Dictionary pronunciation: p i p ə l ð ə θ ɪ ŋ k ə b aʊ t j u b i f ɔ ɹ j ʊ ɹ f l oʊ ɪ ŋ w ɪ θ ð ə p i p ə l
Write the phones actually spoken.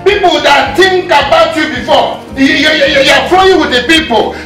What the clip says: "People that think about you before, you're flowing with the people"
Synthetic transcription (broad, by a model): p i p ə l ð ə t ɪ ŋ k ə b aʊ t j u b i f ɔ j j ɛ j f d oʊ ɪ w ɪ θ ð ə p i p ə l